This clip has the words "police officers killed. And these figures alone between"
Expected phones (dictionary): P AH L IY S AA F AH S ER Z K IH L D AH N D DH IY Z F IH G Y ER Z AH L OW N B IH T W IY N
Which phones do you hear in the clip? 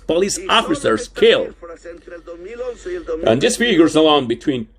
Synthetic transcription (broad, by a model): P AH L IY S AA F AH S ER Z K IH L AH N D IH S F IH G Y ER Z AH L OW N B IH T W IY N